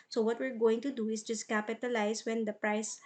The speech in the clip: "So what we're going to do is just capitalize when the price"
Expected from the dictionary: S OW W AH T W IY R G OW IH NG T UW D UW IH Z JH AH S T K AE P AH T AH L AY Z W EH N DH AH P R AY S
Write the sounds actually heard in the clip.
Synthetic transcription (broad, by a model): S OW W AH T W IY R G OW IH NG T UW D UW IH S JH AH S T K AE P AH T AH L AY S W EH N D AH P R AY S